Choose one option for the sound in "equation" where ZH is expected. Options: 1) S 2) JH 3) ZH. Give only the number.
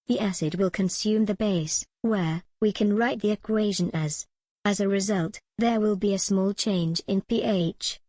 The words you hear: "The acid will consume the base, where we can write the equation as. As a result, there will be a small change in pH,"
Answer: 3